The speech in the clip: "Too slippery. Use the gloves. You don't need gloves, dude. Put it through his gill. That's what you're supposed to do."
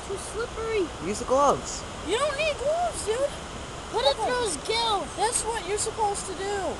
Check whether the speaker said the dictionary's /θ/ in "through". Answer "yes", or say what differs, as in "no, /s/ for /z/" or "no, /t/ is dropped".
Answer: no, /t/ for /θ/